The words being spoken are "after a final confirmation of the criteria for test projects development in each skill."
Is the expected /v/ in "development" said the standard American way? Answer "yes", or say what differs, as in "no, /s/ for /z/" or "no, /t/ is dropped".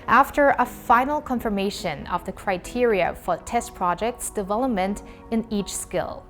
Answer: yes